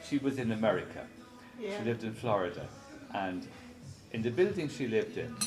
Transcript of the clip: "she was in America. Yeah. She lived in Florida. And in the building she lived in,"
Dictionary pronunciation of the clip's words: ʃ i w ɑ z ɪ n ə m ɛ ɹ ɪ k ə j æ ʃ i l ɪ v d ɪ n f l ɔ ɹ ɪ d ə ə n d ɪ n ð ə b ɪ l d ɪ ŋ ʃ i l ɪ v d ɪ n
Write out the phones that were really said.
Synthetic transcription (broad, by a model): ʃ i w ɑ z ɪ n ə m ɛ ɹ ɪ k ə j ʃ i l ɪ v d ɪ n f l ɔ ɹ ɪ d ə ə n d ɪ n ð ə b ɪ l d ɪ ŋ ʃ i l ɪ v d ɪ n